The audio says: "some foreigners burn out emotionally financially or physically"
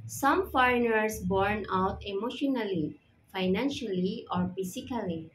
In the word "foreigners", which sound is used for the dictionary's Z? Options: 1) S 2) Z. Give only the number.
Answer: 1